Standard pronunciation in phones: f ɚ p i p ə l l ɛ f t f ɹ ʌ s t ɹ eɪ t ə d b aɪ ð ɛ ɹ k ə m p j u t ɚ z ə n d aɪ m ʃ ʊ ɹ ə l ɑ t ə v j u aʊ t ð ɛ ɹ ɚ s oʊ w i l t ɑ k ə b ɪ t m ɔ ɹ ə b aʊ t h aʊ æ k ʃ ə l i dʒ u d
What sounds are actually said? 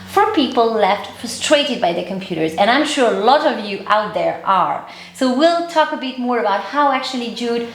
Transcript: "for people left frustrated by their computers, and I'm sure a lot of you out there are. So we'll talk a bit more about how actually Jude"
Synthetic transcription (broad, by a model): f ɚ p i p ə l l ɛ f t f ɹ ʌ s t ɹ eɪ t ə d b aɪ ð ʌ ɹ k ə m p j u t ɚ z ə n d aɪ m ʃ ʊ ɹ ə l ɑ t ə v j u aʊ t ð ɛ ɹ ɚ s oʊ w i l t ɑ k ə b ɪ t m ɔ ɹ ə b aʊ t h aʊ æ k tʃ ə l i dʒ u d